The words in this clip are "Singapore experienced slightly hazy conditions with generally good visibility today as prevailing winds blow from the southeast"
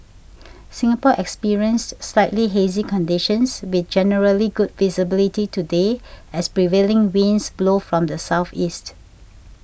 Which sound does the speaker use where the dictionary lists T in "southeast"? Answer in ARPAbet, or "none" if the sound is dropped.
T